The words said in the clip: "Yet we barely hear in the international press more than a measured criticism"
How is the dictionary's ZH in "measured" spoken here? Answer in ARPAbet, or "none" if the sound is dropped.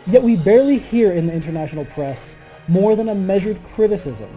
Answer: ZH